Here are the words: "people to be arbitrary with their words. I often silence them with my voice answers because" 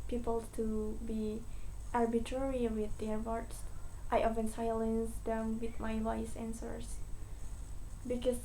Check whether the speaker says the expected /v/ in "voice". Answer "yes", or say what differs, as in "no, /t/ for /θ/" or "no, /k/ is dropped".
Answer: no, /w/ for /v/